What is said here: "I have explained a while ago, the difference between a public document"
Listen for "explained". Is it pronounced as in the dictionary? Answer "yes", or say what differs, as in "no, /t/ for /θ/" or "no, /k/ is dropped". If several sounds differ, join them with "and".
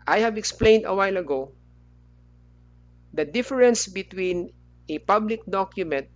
yes